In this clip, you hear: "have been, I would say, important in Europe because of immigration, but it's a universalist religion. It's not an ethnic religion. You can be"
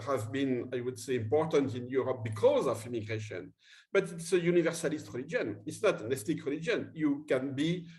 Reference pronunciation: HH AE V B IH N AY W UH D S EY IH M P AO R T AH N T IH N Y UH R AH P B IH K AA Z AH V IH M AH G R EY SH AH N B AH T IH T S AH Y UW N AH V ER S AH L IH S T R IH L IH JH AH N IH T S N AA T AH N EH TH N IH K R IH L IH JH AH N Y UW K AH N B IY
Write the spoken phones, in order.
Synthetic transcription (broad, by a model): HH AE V B IH N AY W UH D S EY IH M P AO R T AH N T IH N Y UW R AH P B IH K AA Z AH V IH M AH G R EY SH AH N B AH T IH T S AH Y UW N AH V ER S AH L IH S T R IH L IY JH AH N IH T S N AA T AH N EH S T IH K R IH L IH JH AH N Y UW K AH N B IY